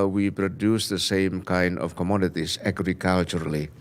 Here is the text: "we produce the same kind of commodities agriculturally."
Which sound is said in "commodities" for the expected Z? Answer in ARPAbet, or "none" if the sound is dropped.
S